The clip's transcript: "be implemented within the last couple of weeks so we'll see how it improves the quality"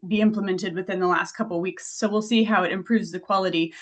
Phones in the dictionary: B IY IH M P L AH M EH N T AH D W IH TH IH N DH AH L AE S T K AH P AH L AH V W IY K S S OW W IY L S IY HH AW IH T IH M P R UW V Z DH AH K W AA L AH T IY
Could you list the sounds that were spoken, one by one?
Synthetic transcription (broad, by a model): B IY IH M P L AH M EH N T AH D W IH TH IH N DH AH L AE S T K AH P L W IY K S S OW W IY L S IY HH AW IH T IH M P R UW V Z DH AH K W AA L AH T IY